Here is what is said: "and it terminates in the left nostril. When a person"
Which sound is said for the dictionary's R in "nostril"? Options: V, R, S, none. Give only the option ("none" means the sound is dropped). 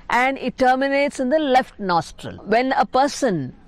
R